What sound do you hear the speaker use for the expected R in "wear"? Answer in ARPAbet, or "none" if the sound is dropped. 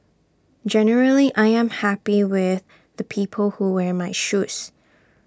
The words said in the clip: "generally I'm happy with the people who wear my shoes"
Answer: R